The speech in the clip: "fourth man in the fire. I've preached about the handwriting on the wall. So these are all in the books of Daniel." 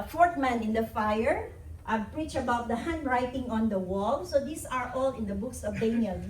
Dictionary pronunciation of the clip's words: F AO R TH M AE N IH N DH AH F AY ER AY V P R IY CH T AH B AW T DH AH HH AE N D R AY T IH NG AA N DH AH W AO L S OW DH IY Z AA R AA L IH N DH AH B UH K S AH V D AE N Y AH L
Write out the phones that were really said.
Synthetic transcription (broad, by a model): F AO R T M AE N IH N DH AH F AY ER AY P R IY CH AH B AW T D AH HH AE N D R AY T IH NG AA N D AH W AO L S OW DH IY S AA R AA L IH N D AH B UH K S AH V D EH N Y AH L